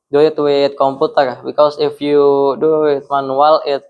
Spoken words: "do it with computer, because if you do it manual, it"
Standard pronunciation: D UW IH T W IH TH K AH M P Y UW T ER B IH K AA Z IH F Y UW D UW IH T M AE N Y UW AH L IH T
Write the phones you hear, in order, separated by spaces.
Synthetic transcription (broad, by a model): D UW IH T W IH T K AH M P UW T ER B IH K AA S IH F Y UW D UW IH T M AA N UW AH L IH T